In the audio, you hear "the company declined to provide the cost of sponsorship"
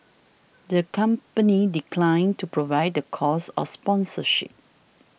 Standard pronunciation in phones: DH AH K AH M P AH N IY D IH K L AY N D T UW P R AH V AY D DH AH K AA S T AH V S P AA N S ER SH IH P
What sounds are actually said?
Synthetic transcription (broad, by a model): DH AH K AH M P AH N IY D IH K L AY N T UW P R AH V AY D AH K AA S AH F S P AA N S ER SH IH P